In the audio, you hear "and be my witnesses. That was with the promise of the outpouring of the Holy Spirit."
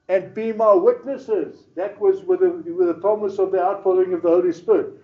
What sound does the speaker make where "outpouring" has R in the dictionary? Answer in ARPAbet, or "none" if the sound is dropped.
L